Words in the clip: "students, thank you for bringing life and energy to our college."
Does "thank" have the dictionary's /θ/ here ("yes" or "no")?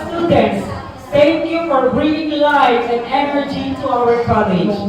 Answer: no